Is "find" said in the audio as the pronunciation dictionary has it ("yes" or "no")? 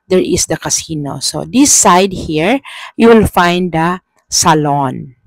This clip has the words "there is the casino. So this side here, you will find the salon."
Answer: yes